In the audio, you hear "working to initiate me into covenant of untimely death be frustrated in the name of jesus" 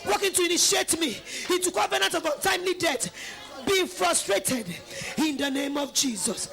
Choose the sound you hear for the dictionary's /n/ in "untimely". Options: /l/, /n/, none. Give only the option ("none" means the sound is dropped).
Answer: none